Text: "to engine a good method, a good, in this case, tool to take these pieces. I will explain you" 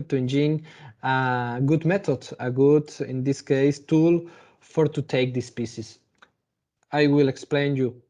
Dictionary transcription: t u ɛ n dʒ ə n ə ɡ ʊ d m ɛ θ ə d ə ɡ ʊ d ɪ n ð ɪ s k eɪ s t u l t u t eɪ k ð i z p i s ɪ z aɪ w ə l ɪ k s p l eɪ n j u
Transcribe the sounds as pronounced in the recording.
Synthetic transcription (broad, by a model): t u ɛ n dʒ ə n ə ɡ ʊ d m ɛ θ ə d ə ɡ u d ɪ n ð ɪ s k eɪ s t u l t u t eɪ k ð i s p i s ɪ s aɪ w ə l ɪ k s p l eɪ n j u